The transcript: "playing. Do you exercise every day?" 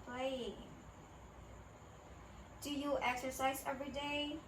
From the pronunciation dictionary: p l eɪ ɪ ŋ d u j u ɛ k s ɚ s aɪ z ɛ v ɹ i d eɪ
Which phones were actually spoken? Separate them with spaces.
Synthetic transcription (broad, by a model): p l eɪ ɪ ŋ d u j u ɛ k s ɚ s aɪ z ɛ v ɹ i d eɪ